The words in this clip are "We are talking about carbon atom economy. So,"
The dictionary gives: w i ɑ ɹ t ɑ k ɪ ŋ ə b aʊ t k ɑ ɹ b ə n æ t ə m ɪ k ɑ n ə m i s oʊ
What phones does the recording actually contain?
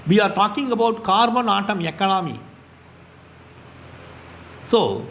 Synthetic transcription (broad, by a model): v i ɑ ɹ t ɑ k ɪ ŋ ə b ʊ t k ɑ ɹ b ə n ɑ t ə m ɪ k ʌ l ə m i s oʊ